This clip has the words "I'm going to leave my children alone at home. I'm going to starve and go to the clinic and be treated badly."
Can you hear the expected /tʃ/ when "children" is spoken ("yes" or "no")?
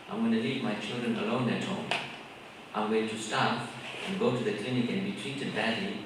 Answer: yes